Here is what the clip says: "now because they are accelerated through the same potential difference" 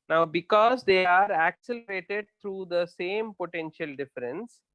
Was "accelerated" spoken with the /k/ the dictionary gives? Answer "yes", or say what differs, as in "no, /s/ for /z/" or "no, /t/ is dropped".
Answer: yes